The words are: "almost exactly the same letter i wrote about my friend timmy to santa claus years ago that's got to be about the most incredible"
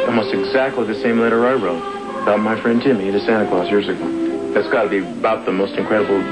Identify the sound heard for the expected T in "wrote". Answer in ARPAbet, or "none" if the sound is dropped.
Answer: none